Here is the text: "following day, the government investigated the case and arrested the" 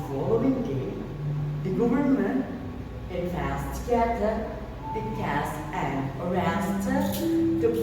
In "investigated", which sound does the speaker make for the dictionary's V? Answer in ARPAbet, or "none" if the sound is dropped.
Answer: P